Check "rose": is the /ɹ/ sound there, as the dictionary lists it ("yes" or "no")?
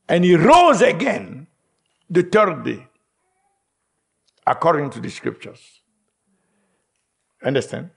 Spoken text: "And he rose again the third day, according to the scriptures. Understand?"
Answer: yes